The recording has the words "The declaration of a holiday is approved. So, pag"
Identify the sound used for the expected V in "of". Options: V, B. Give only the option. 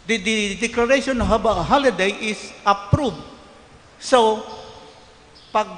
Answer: B